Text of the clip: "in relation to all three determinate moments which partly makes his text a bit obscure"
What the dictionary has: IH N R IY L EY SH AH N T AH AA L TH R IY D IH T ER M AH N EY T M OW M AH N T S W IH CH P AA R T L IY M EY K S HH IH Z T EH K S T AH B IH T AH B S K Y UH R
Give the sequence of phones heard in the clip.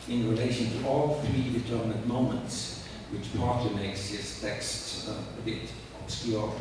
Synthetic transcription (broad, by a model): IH N R IY L EY SH AH N T AH AA L TH R IY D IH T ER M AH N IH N M OW M AH N T S W IH CH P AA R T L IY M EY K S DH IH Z T EH K S T AH B IH T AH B S K Y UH R